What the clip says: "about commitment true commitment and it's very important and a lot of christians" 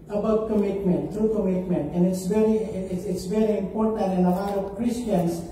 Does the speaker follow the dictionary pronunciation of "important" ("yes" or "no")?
yes